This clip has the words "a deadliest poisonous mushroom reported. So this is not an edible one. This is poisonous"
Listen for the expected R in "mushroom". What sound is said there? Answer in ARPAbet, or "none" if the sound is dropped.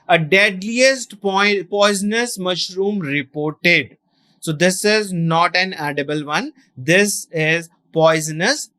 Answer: R